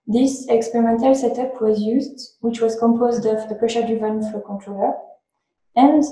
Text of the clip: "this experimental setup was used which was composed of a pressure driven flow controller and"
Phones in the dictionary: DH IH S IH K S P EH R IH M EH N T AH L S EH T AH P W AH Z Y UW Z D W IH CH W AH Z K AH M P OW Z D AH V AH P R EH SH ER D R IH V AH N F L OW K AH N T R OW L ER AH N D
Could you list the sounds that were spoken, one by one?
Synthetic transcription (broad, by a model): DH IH S IH K S P EH R IH M EH N T AH L S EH T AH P W AH Z Y UW Z D W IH CH W AH Z K AH M P OW Z D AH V AH P R EH SH ER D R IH V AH N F OW K AH N T R OW L ER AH N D